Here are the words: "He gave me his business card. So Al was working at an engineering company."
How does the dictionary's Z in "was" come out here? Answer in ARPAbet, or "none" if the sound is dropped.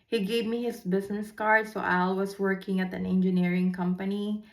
S